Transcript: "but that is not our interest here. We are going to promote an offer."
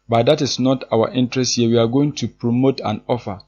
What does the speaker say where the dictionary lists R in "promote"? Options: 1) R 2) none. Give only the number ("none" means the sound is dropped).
1